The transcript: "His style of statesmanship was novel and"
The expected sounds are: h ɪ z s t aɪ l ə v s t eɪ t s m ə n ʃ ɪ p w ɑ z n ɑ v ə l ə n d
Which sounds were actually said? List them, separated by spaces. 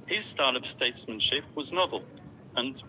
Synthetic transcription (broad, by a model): h ɪ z s t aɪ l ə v s t eɪ t s m ə n ʃ ɪ p w ɑ z n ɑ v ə l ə n